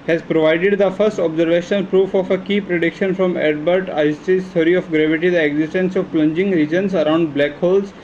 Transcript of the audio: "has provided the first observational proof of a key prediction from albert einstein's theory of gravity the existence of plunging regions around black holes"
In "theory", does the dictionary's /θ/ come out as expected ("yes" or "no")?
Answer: no